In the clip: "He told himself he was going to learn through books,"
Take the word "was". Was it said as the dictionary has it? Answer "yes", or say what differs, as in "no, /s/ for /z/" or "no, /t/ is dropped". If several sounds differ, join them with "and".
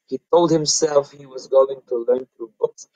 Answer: yes